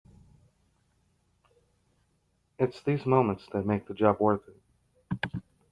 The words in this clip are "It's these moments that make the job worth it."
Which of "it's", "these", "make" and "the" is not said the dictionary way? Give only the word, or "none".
none